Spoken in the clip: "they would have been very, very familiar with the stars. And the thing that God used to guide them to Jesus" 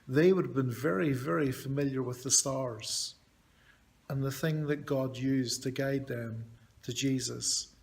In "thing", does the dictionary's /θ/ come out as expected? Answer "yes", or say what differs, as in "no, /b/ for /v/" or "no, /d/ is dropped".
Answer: yes